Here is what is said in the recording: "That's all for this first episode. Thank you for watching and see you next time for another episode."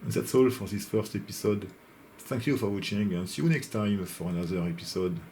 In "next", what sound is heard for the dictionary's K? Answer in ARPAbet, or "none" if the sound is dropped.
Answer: K